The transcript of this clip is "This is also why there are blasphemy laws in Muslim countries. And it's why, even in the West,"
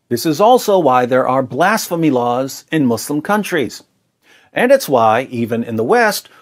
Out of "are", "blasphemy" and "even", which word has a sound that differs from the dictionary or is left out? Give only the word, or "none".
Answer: none